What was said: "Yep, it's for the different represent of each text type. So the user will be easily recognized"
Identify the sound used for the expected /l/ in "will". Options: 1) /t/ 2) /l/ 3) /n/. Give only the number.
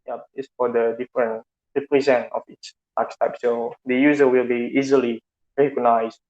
2